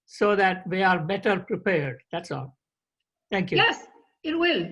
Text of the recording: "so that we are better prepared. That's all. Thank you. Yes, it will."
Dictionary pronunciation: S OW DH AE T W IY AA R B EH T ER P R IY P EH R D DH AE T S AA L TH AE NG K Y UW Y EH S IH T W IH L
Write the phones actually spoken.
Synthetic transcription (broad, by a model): S OW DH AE T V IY AA R B EH T ER P R IY P EH R D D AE T S AA L T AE NG K Y UW Y EH S IH T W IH L